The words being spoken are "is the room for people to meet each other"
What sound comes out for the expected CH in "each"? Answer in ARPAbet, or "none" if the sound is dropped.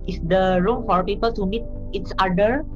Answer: S